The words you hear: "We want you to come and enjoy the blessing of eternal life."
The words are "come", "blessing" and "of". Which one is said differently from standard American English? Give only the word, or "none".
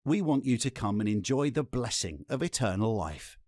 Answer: none